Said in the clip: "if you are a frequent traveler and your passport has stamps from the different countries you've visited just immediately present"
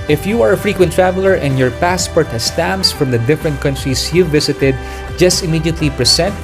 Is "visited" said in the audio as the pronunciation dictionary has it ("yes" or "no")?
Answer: no